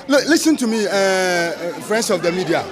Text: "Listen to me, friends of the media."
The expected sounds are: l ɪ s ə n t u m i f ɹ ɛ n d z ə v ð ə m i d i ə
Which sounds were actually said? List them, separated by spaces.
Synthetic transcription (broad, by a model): l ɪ s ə n t u m i f ɹ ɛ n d s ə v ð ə m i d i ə